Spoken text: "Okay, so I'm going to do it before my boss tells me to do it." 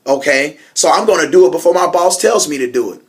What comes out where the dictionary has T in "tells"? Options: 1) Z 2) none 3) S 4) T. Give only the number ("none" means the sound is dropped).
4